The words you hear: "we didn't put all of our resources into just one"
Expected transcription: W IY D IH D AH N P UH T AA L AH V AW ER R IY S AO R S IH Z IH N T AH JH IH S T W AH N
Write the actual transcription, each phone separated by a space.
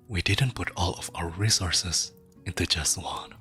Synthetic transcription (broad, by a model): W IY D IH D AH N P UH T AA L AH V AW ER R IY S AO R S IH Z IH N T AH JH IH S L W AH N